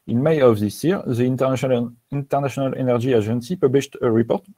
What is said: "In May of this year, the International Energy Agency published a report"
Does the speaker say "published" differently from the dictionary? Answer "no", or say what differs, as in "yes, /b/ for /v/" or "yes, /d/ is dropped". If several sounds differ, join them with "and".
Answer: no